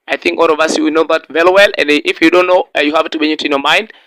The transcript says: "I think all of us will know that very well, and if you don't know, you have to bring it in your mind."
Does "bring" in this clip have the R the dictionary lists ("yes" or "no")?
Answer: no